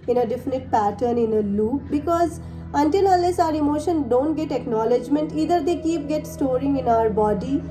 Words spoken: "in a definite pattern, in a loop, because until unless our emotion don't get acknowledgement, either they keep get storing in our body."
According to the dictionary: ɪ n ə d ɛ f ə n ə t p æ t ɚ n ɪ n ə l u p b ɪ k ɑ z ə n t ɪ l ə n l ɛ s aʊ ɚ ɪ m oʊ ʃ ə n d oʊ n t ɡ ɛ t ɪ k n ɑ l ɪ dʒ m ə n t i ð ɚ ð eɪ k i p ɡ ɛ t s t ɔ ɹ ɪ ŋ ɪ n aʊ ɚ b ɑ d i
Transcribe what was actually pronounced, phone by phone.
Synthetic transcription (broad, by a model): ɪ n ə d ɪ f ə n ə t p æ t ɚ n ɪ n ə l u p b ɪ k ɑ z ə n t ɪ l ə n l ɛ s aʊ ɚ ɪ m oʊ ʃ ə n d oʊ n t ɡ ɛ t ɪ k n ɑ l ɪ dʒ m ə n t i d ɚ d eɪ k i p ɡ ɛ t s t ɔ ɹ ɪ ŋ ɪ n aʊ ɚ b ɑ d i